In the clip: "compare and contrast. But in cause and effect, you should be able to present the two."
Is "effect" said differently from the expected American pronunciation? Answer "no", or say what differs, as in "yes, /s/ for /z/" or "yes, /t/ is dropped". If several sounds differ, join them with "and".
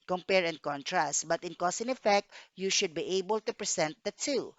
no